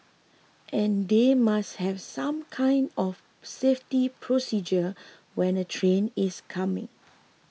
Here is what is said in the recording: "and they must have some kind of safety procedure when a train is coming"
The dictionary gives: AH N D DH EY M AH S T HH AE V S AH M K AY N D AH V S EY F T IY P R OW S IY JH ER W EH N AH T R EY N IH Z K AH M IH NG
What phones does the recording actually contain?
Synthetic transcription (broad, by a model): AH N D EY M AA S T HH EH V S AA M K AY N D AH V S EY F T IY P R OW S IY JH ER W EH N AH T R EY N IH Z K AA M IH NG